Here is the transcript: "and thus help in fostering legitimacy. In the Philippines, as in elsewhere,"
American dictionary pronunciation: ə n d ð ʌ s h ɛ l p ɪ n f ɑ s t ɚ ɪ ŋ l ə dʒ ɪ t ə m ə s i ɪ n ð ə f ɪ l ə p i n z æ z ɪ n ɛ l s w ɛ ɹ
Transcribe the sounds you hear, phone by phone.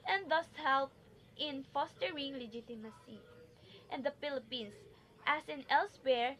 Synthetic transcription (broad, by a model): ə n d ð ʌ s h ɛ l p ɪ n f ɑ s t ɚ ɪ ŋ l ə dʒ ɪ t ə m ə s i ɪ n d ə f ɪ l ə p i n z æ s ɪ n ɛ l s w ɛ ɹ